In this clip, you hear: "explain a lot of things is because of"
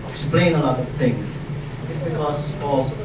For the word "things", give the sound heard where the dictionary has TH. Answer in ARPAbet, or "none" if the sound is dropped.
TH